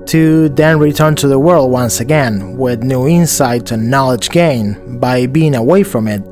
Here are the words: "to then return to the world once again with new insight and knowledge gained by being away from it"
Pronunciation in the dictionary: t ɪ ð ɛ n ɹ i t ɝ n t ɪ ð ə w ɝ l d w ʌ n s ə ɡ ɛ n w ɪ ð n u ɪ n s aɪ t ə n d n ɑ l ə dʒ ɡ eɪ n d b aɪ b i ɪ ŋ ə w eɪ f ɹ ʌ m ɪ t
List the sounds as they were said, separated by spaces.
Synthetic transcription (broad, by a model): t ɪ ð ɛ n ɹ i t ɝ n t ɪ ð ə w ɝ l d w ʌ n s ə ɡ ɛ n w ɪ ð n u ɪ n s aɪ t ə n n ɑ l ə dʒ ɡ eɪ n b aɪ b i ɪ ŋ ə w eɪ f ɹ ʌ m ɪ t